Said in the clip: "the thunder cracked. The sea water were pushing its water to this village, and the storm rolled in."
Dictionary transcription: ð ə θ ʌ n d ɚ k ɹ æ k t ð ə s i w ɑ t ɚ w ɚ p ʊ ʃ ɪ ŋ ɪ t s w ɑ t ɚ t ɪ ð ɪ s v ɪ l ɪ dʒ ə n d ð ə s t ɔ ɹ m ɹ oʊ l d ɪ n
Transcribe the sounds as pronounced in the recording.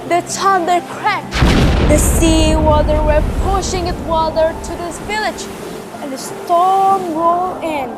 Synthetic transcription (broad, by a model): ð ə t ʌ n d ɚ k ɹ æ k ð ə s i w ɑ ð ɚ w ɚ p ʊ ʃ ɪ ŋ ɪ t w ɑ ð ɚ t ɪ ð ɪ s v ɪ l ɪ dʒ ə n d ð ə s t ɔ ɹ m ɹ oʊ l ɪ n